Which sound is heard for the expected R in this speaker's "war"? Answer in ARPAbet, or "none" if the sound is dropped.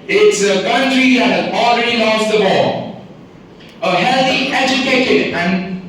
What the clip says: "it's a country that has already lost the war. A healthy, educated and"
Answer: L